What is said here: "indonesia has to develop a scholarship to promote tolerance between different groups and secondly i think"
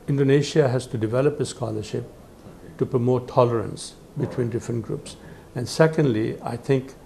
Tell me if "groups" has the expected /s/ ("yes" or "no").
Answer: yes